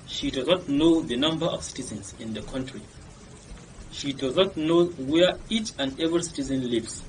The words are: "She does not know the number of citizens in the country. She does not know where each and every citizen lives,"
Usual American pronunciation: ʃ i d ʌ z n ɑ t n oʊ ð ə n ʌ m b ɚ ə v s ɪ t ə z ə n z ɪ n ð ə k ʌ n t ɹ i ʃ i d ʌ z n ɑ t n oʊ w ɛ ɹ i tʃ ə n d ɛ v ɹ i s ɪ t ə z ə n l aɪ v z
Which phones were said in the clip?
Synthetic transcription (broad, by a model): ʃ i d ʌ z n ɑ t n oʊ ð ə n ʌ m b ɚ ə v s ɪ t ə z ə n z ɪ n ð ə k ʌ n t ɹ i ʃ i d ʌ z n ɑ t n oʊ w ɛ i tʃ ə n d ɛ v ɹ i s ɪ t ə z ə n l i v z